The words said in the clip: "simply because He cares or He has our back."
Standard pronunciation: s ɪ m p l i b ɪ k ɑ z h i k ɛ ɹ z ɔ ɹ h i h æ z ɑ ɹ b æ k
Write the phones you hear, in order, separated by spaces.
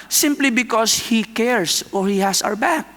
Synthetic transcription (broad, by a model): s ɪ m p l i b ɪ k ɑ s h i k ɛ ɹ s ɔ ɹ h i h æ s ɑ w b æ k